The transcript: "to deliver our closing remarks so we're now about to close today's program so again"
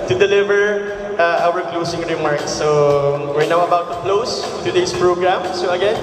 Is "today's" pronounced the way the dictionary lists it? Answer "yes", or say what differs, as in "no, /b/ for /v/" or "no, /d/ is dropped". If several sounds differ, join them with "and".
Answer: no, /s/ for /z/